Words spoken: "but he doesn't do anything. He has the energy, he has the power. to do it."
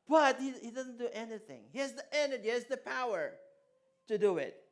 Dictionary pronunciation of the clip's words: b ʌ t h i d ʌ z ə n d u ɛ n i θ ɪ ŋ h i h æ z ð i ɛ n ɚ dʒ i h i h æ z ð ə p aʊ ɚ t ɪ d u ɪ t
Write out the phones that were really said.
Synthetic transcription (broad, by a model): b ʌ t h i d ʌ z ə n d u ɛ n i θ ɪ ŋ h i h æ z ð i ɛ n ɚ dʒ i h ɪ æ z ð ə p aʊ ɚ t ɪ d u ɪ t